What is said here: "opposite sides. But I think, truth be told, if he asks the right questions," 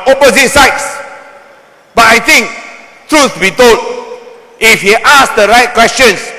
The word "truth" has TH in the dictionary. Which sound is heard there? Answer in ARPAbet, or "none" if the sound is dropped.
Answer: S